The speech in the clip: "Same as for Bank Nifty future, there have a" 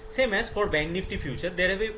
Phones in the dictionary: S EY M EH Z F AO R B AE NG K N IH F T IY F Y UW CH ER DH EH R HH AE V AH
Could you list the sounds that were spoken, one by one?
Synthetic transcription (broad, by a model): S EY M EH S F AO R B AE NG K N IH F T IY F Y UW CH ER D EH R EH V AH